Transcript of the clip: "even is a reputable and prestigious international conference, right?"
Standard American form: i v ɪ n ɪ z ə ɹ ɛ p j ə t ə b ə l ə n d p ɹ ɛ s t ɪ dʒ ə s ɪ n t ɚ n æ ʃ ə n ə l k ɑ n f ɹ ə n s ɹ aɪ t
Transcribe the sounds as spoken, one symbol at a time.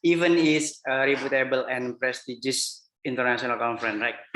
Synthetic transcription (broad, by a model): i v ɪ n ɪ s ə ɹ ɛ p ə t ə b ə l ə n p ɹ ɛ s t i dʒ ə s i n t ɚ n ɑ s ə n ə l k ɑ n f ɹ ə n ɹ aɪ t